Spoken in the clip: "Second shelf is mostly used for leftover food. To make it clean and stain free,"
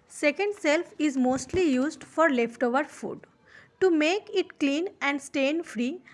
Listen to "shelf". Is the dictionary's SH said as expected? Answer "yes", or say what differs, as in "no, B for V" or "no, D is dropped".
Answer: no, S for SH